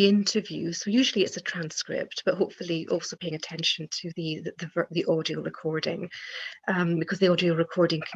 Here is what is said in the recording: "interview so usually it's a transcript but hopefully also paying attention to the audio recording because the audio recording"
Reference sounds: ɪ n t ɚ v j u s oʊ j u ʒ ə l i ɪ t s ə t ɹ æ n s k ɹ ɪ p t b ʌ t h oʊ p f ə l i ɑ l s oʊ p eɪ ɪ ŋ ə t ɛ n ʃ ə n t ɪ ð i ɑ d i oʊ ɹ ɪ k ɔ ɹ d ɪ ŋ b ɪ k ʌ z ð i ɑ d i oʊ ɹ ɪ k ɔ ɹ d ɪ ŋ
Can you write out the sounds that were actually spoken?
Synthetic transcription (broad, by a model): ɪ n t ɚ v j u s oʊ j u ʒ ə l i ɪ t s ə t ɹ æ n s k ɹ ɪ p t b ʌ t h oʊ p f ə l i ɑ l s oʊ p eɪ ɪ ŋ ə t ɛ n ʃ ə n t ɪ ð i ɑ d i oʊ ɹ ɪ k ɔ ɹ d ɪ ŋ b ɪ k ʌ z ð i ɑ d i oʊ ɹ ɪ k ɔ ɹ d ɪ ŋ